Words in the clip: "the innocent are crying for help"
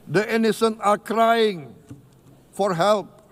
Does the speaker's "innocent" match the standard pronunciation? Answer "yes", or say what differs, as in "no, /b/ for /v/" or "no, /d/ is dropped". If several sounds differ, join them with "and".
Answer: no, /t/ is dropped